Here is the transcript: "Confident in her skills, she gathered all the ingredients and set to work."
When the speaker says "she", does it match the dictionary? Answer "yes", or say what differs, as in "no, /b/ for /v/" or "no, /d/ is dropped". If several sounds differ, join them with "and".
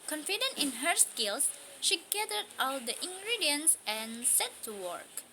yes